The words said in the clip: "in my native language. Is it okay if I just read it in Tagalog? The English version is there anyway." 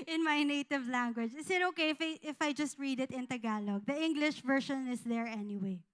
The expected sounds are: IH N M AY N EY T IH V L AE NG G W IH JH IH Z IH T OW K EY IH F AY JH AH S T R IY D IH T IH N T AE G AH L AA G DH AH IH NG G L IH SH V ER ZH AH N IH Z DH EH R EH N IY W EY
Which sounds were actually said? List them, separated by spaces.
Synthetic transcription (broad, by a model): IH N M AY N EY T IH V L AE NG G W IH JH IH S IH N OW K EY IH F AY JH AH S T R IY D IH T IH N T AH G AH L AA G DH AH IH NG G L IH SH V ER SH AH N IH S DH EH R EH N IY W EY